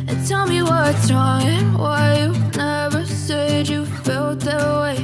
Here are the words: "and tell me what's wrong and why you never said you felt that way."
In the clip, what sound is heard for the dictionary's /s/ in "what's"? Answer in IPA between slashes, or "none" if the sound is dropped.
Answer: none